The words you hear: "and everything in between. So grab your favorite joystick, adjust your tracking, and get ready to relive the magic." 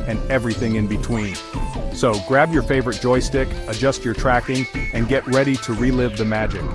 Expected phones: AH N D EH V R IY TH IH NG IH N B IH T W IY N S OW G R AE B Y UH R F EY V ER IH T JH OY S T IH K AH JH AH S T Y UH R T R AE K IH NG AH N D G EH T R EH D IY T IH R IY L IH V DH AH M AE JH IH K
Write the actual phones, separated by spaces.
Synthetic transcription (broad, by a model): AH N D EH V R IY TH IH NG IH N B IH T W IY N S OW G R AE B Y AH R F EY V ER IH T JH OY S T IH K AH JH AH S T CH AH R T R AE K IH NG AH N G EH T R EH D IY T IH R IY L IH V DH AH M AE JH IH K